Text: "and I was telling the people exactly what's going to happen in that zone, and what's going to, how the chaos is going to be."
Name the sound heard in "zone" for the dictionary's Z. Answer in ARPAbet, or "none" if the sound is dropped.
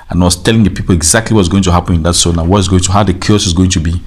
S